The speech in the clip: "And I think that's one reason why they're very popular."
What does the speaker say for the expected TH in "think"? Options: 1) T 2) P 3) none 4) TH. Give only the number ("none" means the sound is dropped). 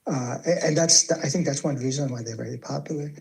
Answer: 4